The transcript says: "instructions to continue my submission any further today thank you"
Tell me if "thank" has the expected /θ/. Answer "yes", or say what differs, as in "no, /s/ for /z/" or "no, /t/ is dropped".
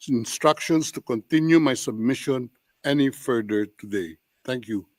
no, /t/ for /θ/